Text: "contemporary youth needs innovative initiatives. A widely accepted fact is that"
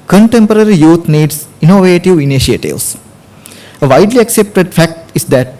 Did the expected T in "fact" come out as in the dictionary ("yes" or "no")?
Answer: yes